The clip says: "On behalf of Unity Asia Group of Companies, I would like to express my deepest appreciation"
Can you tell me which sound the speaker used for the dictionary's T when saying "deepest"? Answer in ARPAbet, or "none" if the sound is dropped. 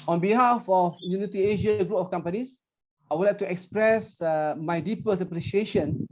none